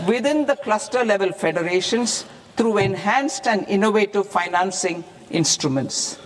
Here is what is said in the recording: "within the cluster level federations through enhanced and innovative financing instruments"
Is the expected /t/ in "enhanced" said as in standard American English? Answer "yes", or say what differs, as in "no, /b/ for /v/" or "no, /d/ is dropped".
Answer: yes